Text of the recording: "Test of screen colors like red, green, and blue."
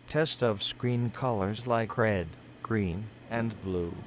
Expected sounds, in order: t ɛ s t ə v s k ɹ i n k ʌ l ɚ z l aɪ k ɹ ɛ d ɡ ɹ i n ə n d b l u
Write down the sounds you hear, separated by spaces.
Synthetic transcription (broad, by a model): t ɛ s t ə v s k ɹ i n k ʌ l ɚ z l aɪ k ɹ ɛ d ɡ ɹ i n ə n b l u